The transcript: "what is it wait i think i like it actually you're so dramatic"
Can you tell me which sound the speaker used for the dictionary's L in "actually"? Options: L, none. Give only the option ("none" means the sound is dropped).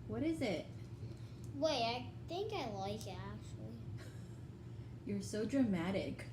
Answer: L